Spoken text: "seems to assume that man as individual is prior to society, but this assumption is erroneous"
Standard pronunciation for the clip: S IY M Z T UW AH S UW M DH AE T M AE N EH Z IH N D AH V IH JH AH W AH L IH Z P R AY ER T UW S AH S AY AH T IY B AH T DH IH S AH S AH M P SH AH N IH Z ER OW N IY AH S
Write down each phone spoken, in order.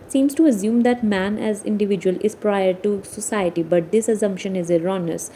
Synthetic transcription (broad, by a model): S IY M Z T UW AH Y UW M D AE T M AE N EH Z IH N D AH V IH JH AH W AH L IH Z P R AY ER T UW S AH S AY AH T IY B AH T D IH S AH S AH M P SH AH N IH Z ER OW N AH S